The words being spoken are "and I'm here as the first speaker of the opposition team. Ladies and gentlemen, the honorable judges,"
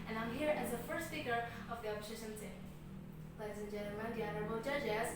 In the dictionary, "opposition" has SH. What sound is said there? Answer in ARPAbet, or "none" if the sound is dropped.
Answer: S